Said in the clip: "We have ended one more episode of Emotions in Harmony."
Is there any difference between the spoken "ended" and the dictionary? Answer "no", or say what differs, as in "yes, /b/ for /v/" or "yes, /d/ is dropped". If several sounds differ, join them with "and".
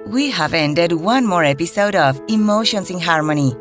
no